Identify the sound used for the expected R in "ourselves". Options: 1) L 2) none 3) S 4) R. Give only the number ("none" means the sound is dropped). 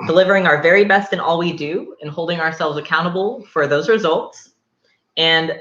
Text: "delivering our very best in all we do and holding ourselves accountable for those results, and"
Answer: 4